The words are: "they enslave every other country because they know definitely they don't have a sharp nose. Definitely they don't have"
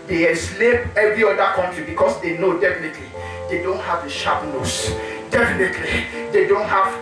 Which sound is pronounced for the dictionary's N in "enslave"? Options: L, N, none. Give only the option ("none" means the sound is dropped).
none